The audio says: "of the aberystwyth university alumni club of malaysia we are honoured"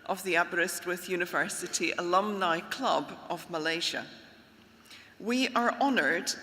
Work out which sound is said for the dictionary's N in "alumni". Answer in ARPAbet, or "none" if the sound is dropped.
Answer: N